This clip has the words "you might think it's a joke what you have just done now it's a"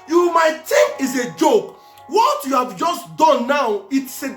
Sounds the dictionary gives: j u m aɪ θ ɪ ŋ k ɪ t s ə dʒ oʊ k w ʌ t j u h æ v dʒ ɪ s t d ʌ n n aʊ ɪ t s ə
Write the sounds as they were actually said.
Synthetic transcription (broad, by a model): j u m aɪ t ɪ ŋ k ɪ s ə dʒ oʊ k w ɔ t j u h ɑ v dʒ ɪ s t d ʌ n n aʊ ɪ t s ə